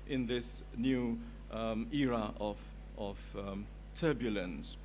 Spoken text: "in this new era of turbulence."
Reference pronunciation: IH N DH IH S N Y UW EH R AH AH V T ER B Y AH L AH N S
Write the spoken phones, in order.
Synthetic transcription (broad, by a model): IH N DH IH S N Y UW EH R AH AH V T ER B Y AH L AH N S